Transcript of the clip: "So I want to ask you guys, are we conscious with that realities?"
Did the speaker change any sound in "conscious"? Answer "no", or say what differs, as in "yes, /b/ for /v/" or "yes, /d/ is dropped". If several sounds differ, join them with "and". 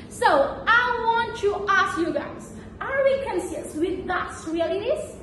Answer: yes, /s/ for /ʃ/